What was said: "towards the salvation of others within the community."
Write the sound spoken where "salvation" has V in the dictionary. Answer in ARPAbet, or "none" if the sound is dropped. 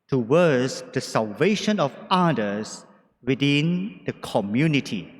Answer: V